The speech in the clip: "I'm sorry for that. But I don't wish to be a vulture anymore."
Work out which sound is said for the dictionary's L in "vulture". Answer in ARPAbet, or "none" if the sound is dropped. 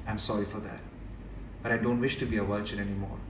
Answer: none